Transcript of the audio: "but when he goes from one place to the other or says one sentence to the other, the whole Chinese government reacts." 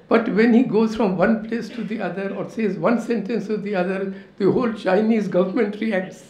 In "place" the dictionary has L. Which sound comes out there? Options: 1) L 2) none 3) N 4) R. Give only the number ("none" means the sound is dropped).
1